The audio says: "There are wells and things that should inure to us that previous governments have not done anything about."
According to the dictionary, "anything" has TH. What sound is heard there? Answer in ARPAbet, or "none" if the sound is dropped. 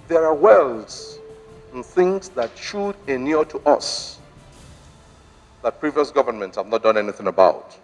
TH